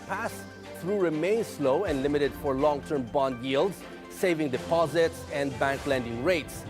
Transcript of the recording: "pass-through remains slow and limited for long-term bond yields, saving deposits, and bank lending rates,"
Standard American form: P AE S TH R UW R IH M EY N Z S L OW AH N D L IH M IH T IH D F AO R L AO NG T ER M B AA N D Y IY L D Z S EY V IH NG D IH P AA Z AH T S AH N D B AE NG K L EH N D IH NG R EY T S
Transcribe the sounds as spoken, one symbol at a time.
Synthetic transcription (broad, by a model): P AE S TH R UW R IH M EY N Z S L OW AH N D L IH M IH T IH D F AO R L AO NG T ER M B AA N D Y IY L D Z S EY V IH NG D IH P AA Z AH T S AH N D B AE NG K L EH N D IH NG R EY T S